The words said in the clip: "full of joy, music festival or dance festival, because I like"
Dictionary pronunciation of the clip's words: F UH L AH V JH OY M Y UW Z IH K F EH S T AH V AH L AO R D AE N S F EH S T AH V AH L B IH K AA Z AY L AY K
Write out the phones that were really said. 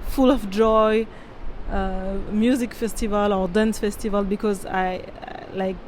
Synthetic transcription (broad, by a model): F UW L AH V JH OY M Y UW Z IH K F EH S T AH V AH L AO R D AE N S F EH S T AH V AH L B IH K AA Z AY L AY K